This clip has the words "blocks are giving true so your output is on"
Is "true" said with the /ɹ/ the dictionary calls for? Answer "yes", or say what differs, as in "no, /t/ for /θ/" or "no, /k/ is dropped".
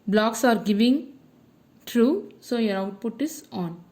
yes